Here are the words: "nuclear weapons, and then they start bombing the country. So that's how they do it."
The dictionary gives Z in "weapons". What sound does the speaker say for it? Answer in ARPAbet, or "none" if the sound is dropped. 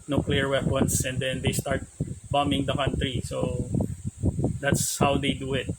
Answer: S